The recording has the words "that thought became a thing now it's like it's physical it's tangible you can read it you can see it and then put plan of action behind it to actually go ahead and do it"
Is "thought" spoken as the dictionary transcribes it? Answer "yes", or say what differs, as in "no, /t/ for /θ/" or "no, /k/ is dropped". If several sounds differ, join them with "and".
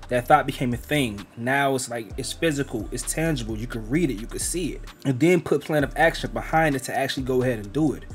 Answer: yes